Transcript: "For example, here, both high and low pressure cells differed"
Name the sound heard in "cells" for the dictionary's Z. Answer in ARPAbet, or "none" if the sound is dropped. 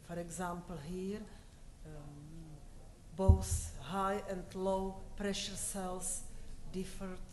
S